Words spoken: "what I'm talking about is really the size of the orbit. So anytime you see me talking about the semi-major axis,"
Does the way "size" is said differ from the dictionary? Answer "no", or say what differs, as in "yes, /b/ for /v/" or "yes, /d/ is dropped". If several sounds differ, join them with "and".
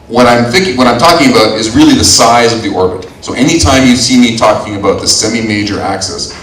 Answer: no